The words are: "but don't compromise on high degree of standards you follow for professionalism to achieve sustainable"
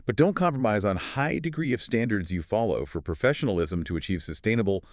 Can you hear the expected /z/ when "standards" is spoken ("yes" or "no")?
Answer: yes